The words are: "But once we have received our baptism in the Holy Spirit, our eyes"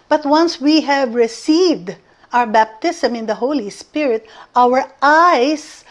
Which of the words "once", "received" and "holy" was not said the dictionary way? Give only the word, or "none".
none